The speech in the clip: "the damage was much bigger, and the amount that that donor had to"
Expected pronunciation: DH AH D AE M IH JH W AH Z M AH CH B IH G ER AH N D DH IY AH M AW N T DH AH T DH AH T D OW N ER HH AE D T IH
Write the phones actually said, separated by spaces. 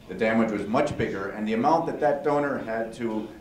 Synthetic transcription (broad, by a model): DH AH D AE M IH JH W AH Z M AH CH B IH G ER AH N DH IY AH M AW N DH AH T DH AH T D OW N ER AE D T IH